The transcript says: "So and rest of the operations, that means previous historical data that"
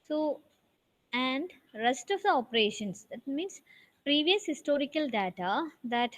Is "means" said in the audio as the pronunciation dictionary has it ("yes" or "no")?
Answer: no